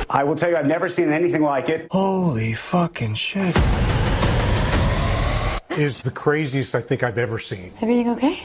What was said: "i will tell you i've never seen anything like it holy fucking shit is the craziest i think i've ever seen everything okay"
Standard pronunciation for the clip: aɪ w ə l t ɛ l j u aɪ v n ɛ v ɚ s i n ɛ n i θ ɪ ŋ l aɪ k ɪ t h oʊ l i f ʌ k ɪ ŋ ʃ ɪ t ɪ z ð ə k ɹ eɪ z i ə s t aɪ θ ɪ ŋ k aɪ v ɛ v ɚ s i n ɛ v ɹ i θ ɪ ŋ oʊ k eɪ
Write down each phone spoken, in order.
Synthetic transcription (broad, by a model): aɪ w ə l t ɛ l j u aɪ v n ɛ v ɚ s i n ɛ n i θ ɪ ŋ l aɪ k ɪ t h oʊ l i f ʌ k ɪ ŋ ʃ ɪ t ɪ z ð ə k ɹ eɪ z i ə s t aɪ θ ɪ ŋ k aɪ v ɛ v ɚ s i n ɛ v ɹ i θ ɪ ŋ oʊ k eɪ